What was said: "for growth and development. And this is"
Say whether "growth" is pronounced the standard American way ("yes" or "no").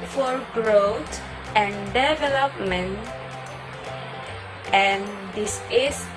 no